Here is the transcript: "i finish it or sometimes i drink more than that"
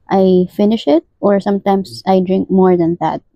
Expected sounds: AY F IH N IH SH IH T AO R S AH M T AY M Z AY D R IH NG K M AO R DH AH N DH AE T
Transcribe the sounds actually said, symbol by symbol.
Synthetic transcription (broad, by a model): AY F IH N IH SH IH T AO R S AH M T AY M S AY D R IH NG K M AO R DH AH N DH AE T